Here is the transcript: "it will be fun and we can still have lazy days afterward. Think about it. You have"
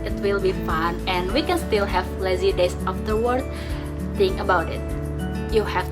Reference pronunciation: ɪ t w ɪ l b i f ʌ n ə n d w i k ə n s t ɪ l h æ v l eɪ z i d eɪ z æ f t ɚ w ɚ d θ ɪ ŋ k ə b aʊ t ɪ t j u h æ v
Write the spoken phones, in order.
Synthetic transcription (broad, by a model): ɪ t w ɪ l b i f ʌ n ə n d w i k ə n s t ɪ l h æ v l eɪ z i d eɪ s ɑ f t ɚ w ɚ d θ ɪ ŋ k ə b aʊ t ɪ t j u h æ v